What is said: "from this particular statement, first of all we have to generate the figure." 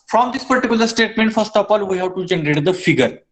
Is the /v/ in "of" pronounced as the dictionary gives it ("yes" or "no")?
no